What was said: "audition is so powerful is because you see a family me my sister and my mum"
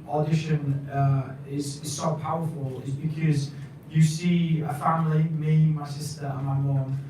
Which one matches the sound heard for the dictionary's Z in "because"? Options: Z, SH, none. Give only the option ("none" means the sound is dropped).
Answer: Z